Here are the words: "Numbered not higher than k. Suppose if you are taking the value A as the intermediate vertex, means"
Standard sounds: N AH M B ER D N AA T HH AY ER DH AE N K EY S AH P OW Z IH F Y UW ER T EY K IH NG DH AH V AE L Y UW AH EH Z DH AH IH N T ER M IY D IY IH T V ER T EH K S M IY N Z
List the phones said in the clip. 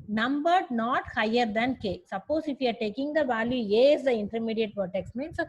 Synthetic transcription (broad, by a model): N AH M B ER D N AA T HH AY ER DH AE N K EY S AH P OW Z IH F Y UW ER T EY K IH NG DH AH V AE L Y UW AH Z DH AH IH N T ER M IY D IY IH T P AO T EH K S M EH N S